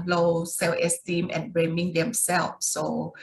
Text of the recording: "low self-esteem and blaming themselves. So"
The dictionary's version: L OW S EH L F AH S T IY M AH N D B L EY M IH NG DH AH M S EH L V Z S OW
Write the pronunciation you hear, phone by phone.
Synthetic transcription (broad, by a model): L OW S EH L AH S T IY M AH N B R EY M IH NG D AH M S EH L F S OW